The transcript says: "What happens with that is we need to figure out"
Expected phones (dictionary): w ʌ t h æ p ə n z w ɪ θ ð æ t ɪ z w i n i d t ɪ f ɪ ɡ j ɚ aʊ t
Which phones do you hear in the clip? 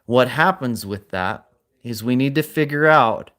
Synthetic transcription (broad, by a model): w ʌ t h æ p ə n z w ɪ ð æ t ɪ z w i n i d t ɪ f ɪ ɡ j ɚ aʊ t